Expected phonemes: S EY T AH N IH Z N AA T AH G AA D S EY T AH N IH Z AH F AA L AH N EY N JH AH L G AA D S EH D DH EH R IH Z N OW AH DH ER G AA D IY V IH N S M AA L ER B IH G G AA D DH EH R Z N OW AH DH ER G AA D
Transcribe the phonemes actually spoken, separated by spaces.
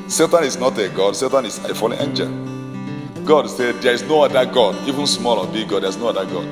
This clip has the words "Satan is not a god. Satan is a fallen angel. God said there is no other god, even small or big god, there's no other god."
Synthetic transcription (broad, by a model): S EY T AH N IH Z N AA T AH G AA D S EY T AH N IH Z AH F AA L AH EY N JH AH G AA D S EH D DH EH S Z N OW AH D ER G AA D IY V IH N S M AA L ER B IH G G AA D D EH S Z N OW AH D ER G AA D